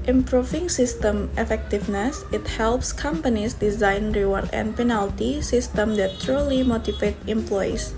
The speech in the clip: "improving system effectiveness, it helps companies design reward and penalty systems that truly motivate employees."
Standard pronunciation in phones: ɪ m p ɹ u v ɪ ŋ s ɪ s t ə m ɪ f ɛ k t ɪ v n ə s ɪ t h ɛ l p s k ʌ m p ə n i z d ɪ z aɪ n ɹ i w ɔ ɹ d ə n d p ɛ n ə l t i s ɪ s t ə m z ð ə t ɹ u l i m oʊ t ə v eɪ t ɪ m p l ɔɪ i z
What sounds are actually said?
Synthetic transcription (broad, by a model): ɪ m p ɹ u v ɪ ŋ s ɪ s t ə m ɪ f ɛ k t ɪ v n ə s ɪ t h ɛ l p s k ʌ m p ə n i s d ɪ z aɪ n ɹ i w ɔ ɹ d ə n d p ɛ n ə l t i s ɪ s t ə m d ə t ɹ u l i m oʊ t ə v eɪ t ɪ m p l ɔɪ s